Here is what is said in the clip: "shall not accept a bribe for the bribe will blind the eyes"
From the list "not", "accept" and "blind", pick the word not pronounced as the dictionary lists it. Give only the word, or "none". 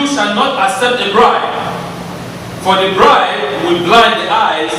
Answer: accept